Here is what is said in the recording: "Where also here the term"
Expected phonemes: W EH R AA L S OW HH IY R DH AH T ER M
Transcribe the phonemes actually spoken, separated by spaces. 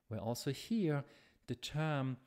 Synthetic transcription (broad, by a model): W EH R AA L S OW HH IY R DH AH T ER M